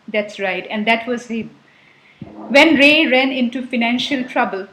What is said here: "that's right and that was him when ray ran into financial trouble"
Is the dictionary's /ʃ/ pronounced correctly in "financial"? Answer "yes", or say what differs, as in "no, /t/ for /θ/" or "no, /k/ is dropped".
yes